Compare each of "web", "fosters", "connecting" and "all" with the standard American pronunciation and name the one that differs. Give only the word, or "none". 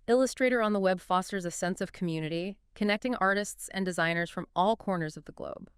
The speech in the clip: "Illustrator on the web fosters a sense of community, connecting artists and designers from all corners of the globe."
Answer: none